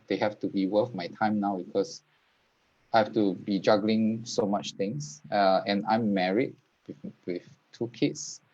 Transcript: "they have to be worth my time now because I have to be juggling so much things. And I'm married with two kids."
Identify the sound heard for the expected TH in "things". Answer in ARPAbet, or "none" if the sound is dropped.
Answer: T